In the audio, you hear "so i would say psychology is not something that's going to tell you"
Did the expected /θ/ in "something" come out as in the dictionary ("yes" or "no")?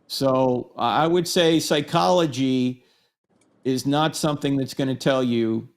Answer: yes